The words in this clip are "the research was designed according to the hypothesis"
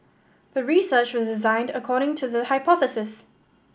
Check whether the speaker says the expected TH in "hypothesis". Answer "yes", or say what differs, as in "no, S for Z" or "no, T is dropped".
yes